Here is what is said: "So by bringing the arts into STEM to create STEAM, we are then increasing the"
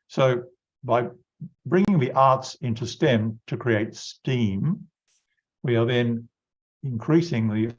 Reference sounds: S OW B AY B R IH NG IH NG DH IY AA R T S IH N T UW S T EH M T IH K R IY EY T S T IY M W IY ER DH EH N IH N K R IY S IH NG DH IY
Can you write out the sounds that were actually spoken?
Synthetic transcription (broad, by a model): S OW B AY B R IH NG IH NG DH IY AA R T S IH N T UW S T EH M T IH K R IY EY T S T IY M W IY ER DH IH N IH N K R IY S IH NG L IY